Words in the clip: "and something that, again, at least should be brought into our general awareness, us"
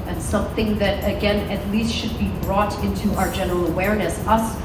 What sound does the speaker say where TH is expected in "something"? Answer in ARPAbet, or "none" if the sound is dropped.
TH